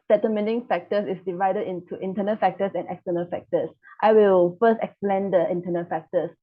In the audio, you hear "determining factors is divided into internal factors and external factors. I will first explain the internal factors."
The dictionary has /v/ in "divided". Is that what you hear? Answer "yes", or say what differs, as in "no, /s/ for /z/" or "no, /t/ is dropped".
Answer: yes